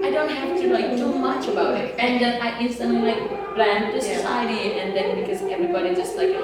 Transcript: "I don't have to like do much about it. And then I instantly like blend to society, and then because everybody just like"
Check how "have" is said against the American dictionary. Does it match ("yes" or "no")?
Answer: no